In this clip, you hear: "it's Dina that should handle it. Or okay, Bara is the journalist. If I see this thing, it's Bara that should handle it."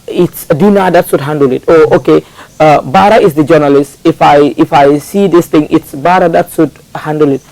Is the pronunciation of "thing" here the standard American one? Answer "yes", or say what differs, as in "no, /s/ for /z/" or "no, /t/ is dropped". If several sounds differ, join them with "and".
no, /t/ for /θ/